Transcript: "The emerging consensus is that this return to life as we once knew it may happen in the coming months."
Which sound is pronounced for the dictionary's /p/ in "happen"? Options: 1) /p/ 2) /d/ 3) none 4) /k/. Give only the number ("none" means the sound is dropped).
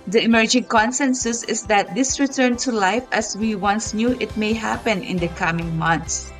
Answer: 1